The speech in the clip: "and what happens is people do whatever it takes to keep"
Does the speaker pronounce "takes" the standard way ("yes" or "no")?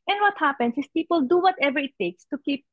yes